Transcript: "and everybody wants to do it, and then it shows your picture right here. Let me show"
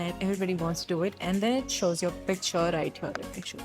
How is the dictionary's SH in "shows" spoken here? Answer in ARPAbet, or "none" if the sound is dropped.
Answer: SH